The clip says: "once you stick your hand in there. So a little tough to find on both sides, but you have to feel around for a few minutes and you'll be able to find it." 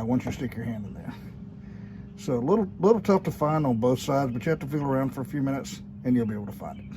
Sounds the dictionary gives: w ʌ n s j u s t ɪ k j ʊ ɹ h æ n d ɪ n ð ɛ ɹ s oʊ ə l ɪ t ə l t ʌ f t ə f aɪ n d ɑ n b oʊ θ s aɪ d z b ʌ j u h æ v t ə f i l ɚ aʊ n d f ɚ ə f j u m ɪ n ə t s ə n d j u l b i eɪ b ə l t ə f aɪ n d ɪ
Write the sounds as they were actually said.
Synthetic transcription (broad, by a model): w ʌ n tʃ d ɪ s t ɪ k j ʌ ɹ h æ n d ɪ n ð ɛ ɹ s oʊ ə l ɪ t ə l t ʌ f t ə f aɪ n d n b oʊ θ s aɪ d z b ʌ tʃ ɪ h æ f t ə f i l ɚ aʊ n d f ɚ ə f j u m ɪ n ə t s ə n j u l b i eɪ ə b t ə f aɪ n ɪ